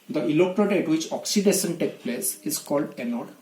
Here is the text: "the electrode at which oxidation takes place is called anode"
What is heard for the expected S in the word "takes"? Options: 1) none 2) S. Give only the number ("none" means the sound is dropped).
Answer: 1